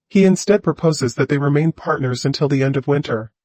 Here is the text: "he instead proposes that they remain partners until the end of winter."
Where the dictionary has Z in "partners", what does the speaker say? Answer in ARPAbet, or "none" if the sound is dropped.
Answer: Z